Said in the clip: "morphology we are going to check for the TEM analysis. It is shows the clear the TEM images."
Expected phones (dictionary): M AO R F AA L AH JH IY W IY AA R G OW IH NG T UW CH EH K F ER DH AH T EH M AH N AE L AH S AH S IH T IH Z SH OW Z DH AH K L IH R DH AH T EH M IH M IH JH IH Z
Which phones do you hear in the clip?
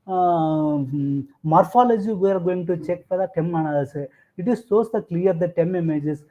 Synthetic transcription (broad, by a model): M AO R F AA L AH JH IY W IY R G OW IH NG T UW CH EH K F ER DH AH T EH M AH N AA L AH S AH IH T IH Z S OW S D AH K L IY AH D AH T EH M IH M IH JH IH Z